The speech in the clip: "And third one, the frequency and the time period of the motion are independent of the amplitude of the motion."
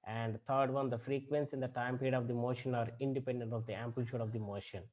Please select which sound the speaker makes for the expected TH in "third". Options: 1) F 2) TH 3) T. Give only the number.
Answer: 3